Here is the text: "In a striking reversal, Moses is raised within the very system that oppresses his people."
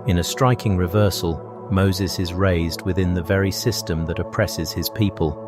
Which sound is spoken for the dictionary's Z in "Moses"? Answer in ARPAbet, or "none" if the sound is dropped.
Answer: Z